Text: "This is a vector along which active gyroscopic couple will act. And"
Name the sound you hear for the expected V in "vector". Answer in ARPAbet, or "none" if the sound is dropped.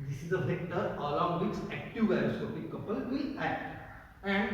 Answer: F